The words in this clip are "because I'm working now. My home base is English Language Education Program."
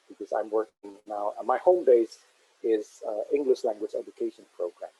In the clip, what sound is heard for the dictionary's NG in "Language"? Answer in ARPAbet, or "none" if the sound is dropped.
NG